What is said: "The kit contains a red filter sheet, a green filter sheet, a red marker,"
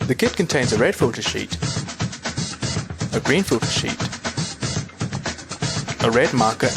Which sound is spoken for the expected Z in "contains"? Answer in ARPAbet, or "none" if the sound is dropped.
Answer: Z